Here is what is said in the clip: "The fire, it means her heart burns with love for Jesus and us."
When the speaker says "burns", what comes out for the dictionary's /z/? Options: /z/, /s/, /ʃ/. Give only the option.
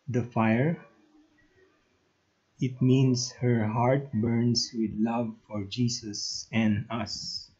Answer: /s/